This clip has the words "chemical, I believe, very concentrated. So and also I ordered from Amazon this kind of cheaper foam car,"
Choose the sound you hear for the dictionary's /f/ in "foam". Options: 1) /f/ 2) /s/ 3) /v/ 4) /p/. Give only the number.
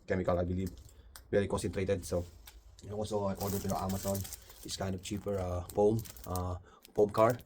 4